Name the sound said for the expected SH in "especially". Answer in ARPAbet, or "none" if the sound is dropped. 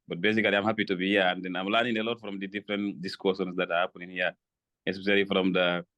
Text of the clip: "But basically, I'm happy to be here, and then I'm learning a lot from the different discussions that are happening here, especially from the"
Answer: S